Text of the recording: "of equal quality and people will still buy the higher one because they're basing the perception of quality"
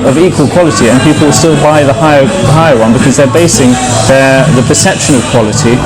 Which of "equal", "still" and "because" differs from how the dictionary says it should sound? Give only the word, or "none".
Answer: none